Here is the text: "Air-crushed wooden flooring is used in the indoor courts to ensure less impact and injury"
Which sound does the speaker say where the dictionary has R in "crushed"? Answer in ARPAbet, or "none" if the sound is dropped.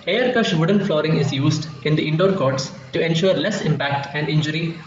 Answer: none